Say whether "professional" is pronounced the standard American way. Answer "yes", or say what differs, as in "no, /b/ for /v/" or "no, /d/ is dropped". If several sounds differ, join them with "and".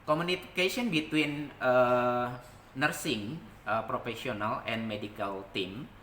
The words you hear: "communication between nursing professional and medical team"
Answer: no, /s/ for /ʃ/